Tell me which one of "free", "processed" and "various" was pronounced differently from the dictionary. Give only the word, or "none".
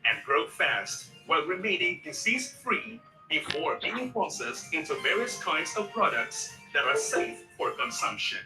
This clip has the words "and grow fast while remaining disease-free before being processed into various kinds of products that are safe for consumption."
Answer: processed